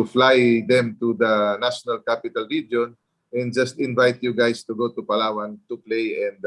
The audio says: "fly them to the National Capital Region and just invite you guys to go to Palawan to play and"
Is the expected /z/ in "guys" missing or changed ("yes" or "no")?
yes